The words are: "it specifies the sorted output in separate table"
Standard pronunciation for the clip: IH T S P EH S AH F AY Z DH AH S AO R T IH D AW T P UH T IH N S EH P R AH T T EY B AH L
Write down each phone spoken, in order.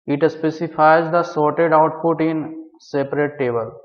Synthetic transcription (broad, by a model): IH T S P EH S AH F AY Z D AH S AO R T IH D AW T P UH T IH N S EH P R AH T T EY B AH L